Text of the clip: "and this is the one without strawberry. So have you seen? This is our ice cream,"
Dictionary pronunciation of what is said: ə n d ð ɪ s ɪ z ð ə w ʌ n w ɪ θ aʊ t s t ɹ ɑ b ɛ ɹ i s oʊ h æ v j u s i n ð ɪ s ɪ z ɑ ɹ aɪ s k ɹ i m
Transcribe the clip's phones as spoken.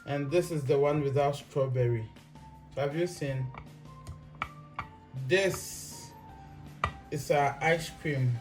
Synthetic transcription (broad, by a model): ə n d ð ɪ s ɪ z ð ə w ʌ n w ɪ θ aʊ t s t ɹ ɑ b ɛ ɹ i s oʊ h æ v j u s i n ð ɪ s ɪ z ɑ aɪ s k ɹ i m